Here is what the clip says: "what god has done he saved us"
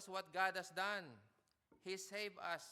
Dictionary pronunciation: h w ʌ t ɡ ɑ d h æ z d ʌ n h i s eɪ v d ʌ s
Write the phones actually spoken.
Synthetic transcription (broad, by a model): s w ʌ t ɡ ɑ d h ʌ s d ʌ n h i s eɪ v ʌ s